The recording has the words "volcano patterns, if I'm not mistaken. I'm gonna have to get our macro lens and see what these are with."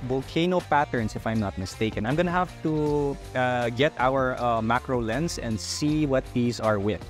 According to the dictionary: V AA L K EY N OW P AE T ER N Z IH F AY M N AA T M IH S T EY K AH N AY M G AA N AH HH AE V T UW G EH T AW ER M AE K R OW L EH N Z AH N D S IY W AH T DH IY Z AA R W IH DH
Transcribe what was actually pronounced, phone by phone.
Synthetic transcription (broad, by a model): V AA L K EY N OW P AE T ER N S IH F AY M N AA T M IH S T EY K AH N AY M G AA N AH HH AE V T UW G EH T AW ER M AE K R OW L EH N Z AH N D S IY W AH T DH IY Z AA R W IH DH